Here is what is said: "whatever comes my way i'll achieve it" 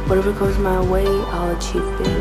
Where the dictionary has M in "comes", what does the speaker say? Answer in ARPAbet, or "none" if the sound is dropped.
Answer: none